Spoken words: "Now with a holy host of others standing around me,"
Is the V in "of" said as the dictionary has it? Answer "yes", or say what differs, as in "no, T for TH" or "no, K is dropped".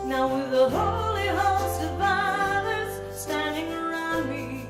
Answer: no, F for V